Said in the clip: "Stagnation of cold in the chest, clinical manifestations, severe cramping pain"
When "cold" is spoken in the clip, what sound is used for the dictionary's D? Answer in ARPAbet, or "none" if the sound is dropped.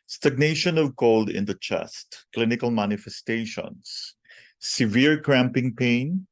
D